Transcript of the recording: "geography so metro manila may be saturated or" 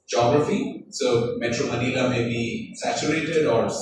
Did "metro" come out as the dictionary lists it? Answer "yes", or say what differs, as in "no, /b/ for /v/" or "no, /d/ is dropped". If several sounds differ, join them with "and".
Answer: yes